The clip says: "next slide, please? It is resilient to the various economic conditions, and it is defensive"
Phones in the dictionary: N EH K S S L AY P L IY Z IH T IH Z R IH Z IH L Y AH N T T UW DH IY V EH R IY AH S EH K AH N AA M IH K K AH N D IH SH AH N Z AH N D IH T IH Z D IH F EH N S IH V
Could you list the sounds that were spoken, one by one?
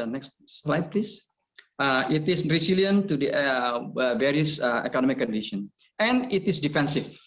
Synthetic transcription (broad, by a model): N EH K S S L AY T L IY S IH T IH S R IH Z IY L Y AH N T T UW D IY V EH R IY AH S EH K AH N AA M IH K K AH N D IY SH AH N AH N IH T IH S D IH F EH N S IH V